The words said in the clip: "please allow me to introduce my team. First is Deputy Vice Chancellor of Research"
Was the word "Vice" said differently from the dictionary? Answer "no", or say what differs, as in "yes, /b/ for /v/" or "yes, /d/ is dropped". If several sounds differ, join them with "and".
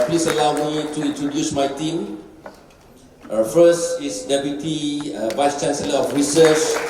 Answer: no